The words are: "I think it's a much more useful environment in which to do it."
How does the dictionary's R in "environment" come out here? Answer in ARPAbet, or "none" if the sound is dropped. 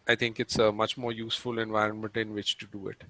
R